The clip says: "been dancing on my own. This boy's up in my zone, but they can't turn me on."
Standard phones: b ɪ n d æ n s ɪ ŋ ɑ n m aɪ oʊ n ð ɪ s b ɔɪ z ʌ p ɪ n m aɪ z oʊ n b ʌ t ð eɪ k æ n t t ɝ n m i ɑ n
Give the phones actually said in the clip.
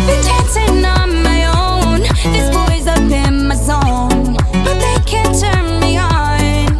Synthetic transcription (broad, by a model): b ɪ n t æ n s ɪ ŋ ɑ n m aɪ oʊ n ð ɪ s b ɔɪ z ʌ b ɪ n m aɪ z oʊ n b ʌ t ð eɪ k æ n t t ɝ n m i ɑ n